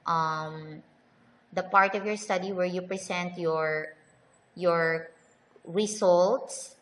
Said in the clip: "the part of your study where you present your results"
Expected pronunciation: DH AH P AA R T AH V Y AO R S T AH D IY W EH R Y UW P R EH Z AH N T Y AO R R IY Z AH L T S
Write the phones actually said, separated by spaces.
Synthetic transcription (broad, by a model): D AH P AA R T AH V Y AO R S T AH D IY W EH R Y UW P R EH S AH N T Y AO R R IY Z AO L T S